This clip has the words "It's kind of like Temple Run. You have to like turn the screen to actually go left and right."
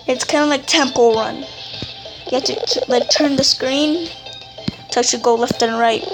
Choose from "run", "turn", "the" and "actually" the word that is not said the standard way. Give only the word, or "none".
actually